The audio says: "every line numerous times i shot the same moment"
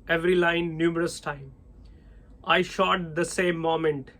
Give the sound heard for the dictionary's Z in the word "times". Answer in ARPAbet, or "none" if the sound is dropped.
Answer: none